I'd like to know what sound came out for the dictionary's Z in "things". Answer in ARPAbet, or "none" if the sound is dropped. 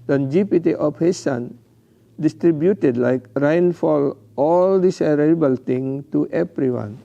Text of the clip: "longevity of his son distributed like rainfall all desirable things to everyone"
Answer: none